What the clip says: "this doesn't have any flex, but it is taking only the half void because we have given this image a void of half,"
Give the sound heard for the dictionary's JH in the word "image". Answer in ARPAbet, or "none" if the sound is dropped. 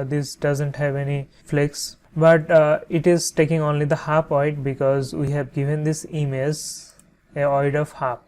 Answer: Z